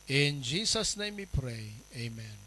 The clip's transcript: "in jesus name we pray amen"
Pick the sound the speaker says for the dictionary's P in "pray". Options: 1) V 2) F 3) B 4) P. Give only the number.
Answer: 4